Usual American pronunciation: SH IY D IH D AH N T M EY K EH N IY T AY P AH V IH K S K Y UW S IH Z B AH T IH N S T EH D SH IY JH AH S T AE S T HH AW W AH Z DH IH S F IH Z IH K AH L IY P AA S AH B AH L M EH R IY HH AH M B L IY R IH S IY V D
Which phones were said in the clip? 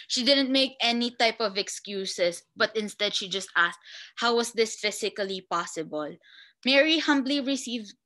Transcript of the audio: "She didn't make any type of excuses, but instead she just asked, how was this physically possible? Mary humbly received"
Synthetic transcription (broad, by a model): SH IY D IH D AH N T M EY K EH N IY T AY P AH V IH K S K Y UW S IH S B AH T IH N S T EH D SH IY JH AH S T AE S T HH AW W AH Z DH IH S F IH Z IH K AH L IY P AA S AH B AH L M EH R IY HH AH M B L IY R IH S IY V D